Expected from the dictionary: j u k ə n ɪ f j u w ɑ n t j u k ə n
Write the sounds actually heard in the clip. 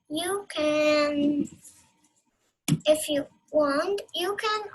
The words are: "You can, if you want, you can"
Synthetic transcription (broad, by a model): j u k ə n ɪ f j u w ɑ n t j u k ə n